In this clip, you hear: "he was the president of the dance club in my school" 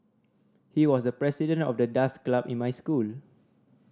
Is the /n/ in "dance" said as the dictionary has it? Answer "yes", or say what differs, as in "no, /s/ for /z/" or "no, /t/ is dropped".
no, /n/ is dropped